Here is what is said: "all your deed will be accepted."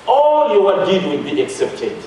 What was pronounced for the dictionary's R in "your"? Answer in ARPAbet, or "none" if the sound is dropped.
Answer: W